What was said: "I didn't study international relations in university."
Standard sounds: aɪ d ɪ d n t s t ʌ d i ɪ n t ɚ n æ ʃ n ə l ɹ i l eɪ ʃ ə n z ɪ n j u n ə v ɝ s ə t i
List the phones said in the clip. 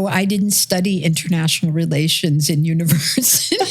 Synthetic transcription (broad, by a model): aɪ d ɪ d n t s t ʌ d i ɪ n t ɚ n æ ʃ n l ɹ i l eɪ ʃ ə n z ɪ n j u n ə v ɝ s